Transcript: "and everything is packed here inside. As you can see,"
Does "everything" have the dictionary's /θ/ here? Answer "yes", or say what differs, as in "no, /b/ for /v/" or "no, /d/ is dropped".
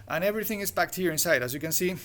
yes